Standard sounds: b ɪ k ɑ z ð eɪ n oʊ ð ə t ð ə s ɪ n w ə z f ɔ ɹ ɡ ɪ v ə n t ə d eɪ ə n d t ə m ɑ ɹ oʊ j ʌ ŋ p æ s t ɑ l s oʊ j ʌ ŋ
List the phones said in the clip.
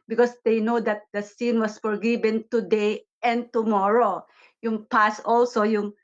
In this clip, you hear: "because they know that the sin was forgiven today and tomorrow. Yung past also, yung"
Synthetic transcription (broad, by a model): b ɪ k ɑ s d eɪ n oʊ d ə t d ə s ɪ n w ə s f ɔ ɹ ɡ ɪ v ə n t ə d eɪ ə n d t ə m ɑ ɹ oʊ j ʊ ŋ p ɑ s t ɑ l s oʊ j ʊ ŋ